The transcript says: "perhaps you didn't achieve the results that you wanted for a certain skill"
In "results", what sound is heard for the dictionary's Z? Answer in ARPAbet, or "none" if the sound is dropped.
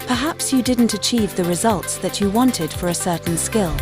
Z